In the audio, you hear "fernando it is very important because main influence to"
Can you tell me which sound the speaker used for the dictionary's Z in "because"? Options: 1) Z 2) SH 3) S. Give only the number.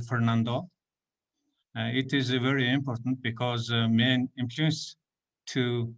1